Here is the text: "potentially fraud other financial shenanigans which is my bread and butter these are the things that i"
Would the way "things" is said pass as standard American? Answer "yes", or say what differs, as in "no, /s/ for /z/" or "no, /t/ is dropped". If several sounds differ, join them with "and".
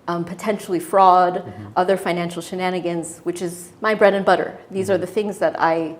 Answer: yes